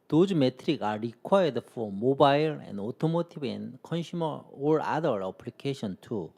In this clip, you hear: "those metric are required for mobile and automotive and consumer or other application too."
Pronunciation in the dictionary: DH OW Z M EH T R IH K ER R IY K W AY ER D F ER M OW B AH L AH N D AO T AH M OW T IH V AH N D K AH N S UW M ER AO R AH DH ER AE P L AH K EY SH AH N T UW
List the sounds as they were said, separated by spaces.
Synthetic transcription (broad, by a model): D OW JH M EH T R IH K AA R IY K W AY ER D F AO M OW B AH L AH N D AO T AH M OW T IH B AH N K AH N SH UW M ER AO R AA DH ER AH P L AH K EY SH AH N T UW